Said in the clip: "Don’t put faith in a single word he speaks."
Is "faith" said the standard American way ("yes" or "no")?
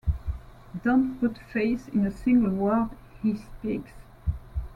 no